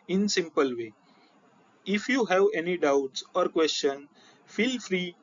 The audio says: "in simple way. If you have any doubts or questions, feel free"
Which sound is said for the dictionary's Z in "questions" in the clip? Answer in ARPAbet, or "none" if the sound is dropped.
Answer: none